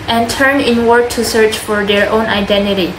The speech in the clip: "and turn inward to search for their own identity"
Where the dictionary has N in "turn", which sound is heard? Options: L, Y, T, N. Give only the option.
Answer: N